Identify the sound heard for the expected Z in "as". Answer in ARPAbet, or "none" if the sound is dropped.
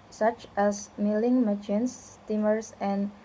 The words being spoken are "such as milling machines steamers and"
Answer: S